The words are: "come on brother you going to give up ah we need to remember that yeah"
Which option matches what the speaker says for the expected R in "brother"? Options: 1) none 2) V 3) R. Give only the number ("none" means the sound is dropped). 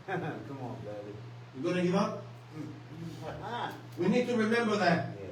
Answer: 1